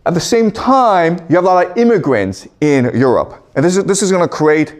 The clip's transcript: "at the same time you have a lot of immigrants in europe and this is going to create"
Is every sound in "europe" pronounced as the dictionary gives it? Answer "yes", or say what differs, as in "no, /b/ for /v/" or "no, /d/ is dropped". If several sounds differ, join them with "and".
yes